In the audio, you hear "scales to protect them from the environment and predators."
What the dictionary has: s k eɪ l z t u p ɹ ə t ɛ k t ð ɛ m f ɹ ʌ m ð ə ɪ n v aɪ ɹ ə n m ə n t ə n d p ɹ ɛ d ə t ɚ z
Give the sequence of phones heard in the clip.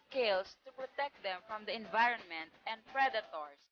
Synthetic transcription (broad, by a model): k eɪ l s t u p ɹ ə t ɛ k t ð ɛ m f ɹ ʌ m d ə ɪ n v aɪ ɹ ə n m ə n t ə n d p ɹ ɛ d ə t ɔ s